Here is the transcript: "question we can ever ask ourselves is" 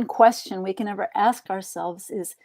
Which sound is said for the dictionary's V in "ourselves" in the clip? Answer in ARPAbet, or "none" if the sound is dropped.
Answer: V